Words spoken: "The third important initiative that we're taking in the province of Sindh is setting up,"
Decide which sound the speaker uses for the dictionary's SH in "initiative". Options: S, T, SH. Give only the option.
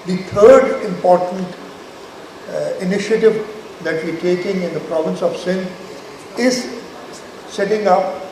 SH